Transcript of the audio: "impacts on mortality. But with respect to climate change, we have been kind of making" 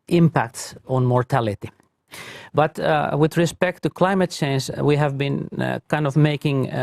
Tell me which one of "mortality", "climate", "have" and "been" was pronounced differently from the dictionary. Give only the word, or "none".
none